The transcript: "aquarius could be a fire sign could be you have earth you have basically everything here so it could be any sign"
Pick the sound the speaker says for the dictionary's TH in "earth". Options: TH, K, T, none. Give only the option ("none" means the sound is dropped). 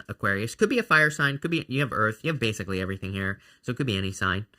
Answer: TH